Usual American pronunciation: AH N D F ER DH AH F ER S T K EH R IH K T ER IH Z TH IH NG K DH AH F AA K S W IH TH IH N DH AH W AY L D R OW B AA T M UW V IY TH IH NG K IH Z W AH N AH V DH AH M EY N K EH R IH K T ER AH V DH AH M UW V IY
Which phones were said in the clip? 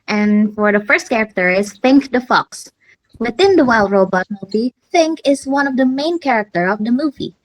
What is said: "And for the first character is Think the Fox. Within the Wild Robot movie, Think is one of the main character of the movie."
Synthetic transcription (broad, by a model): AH N F ER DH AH F ER S T K EH R IH K T ER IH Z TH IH NG K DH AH F AA K S W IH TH IH N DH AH W AY L D R OW B AA T M UW V IY TH IH NG K IH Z W AH N AH V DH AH M EY N K EH R IH K T ER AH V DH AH M UW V IY